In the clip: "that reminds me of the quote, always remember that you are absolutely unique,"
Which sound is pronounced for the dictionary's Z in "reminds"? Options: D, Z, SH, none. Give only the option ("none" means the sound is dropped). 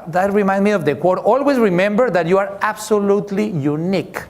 none